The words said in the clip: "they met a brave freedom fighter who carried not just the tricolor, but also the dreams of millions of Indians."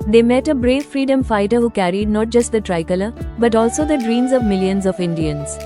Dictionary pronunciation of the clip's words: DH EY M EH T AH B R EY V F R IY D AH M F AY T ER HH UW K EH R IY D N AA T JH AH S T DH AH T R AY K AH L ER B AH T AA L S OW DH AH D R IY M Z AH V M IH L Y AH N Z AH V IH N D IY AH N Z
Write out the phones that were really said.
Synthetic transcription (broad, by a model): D EY M EH T AH B R EY V F R IY D AH M F AY T ER HH UW K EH R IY D N AA T JH AH S T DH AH T R AY K AH L ER B AH T AA L S OW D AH D R IY M Z AH V M IH L Y AH N Z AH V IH N D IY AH N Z